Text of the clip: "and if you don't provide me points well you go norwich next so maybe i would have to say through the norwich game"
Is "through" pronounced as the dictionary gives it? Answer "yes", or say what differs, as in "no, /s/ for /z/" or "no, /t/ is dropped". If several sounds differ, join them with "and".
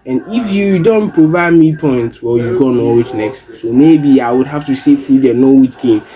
no, /f/ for /θ/